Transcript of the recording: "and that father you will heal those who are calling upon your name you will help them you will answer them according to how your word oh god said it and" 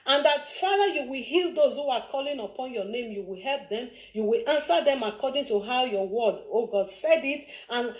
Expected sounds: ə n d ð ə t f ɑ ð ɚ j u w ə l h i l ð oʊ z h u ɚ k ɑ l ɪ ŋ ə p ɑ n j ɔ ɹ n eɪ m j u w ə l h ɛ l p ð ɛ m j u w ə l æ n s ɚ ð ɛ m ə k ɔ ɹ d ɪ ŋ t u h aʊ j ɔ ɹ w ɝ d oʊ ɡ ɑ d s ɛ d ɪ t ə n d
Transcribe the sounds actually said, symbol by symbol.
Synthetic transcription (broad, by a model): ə n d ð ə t f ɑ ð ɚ j u w ə l h i l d oʊ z h u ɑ k ɑ l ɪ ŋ ə p ɑ n j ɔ n eɪ m j u w ə l h ɛ l p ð ɛ m j u w ə l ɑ n s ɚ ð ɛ m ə k ɔ d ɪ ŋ t u h aʊ j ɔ w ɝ d oʊ ɡ ɑ d s ɛ d ɪ t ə n